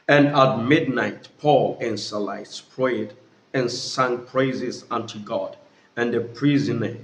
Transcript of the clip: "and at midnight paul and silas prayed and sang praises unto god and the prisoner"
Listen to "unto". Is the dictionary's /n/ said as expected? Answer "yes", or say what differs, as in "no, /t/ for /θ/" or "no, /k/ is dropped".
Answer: yes